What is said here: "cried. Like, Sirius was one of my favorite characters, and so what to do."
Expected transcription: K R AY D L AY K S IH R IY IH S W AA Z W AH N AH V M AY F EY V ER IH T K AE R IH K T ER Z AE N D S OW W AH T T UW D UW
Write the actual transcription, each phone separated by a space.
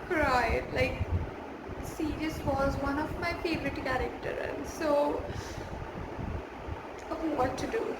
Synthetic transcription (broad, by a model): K R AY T L AY K S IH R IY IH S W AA Z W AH N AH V M AY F EY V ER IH T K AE R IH K T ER AE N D S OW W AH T T UW D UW